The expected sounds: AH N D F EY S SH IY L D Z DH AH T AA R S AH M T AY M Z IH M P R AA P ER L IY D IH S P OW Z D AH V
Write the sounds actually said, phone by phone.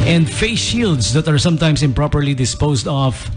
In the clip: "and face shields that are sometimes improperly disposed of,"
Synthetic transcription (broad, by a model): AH N D F EY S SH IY L D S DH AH T AA R S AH M T AY M S IH M P R AA P ER L IY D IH S P OW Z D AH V